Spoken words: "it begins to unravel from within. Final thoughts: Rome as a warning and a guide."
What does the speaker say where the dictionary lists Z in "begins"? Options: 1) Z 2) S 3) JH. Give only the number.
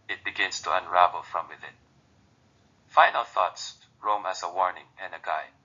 2